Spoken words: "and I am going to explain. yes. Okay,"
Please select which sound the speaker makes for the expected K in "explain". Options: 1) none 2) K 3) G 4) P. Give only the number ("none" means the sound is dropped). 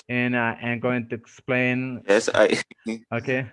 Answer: 2